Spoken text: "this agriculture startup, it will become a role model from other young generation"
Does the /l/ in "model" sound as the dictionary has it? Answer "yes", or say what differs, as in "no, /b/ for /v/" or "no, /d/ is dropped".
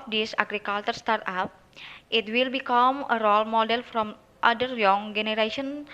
yes